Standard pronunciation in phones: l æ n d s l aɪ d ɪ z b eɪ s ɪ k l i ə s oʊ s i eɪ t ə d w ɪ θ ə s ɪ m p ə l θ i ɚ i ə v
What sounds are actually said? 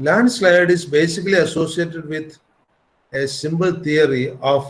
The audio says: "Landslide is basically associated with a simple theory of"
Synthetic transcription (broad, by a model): l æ n d s l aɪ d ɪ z b eɪ s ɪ k l i ə s oʊ s i eɪ t ə d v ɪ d ə s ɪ m b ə l t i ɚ i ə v